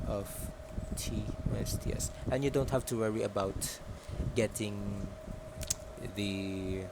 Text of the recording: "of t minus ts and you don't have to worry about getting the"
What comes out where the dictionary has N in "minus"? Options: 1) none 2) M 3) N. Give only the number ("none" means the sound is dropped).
1